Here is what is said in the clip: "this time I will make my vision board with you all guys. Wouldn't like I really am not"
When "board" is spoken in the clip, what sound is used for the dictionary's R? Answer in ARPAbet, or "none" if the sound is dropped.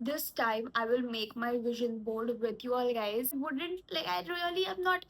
L